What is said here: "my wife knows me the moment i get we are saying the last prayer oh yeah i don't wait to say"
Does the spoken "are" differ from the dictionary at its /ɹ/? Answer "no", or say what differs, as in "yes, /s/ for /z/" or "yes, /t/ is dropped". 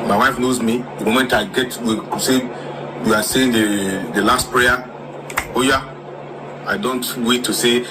yes, /w/ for /ɹ/